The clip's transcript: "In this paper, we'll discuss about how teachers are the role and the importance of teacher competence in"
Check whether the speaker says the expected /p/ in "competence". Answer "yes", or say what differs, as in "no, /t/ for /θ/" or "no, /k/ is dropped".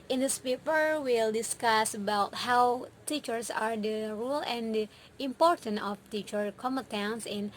no, /p/ is dropped